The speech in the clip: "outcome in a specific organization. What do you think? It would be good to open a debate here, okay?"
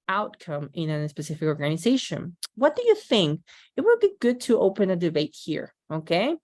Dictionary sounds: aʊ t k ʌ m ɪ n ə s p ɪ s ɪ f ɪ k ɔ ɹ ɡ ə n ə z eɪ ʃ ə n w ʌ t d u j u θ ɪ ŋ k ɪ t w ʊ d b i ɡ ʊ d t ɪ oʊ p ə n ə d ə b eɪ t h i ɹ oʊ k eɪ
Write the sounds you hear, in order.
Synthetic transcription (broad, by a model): aʊ t k ʌ m ɪ n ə s p ɪ s ɪ f ɪ k ɔ ɹ ɡ ə n ə z eɪ ʃ ə n w ʌ t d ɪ j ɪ θ ɪ ŋ k ɪ t w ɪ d b i ɡ ʊ d t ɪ oʊ p ə n ə d ə b eɪ t h i ɹ oʊ k eɪ